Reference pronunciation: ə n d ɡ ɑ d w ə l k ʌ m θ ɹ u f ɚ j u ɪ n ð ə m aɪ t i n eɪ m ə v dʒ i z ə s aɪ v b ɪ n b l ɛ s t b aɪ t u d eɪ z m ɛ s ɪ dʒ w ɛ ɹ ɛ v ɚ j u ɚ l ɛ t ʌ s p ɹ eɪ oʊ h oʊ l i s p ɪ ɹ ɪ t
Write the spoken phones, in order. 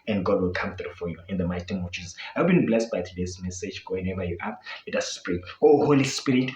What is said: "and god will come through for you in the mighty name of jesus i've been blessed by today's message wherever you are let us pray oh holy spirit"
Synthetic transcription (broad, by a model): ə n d ɡ ɑ d w ə l k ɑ m θ ɹ u f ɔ j u ɪ n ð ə m aɪ t i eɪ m ə v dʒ i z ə s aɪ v b ɪ n b l ɛ s t b aɪ t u d eɪ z m ɛ s ɪ dʒ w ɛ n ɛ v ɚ j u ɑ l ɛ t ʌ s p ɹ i oʊ h oʊ l i s p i ɹ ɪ t